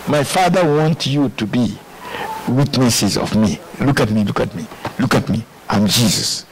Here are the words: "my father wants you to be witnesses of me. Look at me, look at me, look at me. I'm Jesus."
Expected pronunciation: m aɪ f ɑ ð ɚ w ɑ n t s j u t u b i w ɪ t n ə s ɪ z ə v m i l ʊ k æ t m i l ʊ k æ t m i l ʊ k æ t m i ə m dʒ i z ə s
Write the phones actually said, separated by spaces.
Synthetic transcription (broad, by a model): m aɪ f ɑ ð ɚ w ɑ n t j u t u b i w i t n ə s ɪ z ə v m i l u k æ t m i l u k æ t m i l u k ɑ t m i ə m dʒ i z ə s